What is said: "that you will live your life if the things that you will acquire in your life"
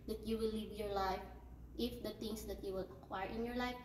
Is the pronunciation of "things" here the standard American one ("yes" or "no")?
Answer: no